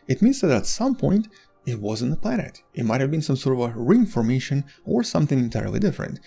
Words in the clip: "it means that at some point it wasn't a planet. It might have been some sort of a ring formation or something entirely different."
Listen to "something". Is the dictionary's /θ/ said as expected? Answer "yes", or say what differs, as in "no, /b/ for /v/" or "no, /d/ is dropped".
yes